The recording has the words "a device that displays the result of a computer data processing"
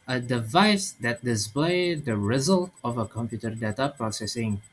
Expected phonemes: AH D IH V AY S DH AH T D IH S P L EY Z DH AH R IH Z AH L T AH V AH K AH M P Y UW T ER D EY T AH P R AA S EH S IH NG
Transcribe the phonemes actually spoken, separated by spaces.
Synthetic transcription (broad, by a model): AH D IH V AY S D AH T D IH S P L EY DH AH R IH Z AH L T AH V AH K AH M P Y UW T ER D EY T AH P R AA S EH S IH NG